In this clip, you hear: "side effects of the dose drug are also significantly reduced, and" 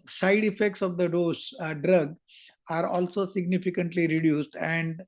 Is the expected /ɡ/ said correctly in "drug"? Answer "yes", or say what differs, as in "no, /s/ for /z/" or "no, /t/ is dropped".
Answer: yes